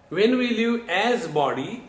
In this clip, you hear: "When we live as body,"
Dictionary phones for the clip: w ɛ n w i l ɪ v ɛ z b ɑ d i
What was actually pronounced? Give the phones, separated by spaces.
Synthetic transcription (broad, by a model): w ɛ n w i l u ɛ z b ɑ d i